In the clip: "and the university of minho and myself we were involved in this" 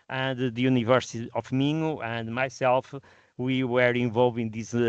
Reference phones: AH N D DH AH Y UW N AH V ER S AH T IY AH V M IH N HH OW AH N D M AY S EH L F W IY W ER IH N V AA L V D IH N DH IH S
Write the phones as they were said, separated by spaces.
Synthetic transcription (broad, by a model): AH N D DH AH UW N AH V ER S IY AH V M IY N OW AH N D M AY S EH L F W IY W ER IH V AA L V IH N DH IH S